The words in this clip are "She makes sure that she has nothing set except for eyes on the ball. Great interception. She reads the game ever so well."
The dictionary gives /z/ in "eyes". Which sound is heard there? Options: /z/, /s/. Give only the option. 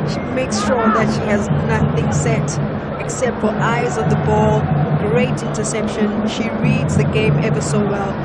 /z/